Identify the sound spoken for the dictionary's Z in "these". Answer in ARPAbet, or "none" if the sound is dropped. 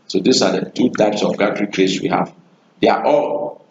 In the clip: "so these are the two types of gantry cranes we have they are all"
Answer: S